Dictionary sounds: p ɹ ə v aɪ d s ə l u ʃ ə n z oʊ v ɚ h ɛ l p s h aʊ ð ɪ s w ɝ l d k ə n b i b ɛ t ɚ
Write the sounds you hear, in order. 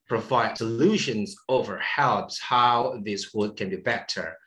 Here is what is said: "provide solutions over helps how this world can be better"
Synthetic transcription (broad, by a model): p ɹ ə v aɪ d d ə l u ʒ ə n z oʊ v ɚ h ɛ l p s h aʊ ð ɪ s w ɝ d k ə n b i b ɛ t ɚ